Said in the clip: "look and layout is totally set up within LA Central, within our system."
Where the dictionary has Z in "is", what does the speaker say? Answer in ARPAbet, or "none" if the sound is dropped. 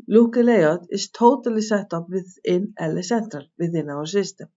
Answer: S